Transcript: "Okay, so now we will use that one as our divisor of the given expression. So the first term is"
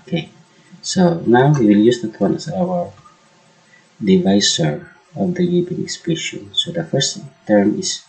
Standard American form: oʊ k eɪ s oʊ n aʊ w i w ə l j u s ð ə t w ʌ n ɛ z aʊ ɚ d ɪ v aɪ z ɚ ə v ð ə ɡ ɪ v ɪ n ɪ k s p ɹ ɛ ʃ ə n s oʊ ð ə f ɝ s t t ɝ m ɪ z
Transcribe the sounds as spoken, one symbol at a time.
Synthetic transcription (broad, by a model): k eɪ s oʊ n aʊ w i w ə l j u s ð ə t w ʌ n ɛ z aʊ ɚ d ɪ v aɪ s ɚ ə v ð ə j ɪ b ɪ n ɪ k s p ɛ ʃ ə n s oʊ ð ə f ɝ s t t ɝ m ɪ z